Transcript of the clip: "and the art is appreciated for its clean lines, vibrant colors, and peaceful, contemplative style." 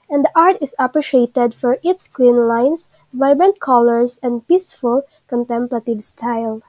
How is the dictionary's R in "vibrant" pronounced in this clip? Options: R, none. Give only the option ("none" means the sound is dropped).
R